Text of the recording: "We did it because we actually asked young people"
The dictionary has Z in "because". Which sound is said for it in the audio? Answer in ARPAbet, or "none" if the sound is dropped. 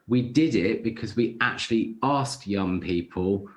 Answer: Z